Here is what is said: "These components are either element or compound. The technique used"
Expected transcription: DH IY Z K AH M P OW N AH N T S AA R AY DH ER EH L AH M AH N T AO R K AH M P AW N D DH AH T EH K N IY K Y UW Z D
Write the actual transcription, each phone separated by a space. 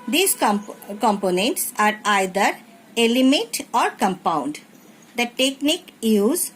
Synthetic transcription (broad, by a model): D IY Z K AH M P OW N AH N T S AA R AY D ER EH L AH M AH T AO R K AH M P AW N D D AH T EH K N IY K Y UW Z